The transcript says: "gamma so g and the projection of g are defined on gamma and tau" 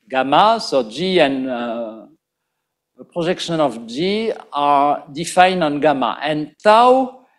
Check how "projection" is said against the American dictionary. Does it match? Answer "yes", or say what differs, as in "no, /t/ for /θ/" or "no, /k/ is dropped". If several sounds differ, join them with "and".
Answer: no, /ʒ/ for /dʒ/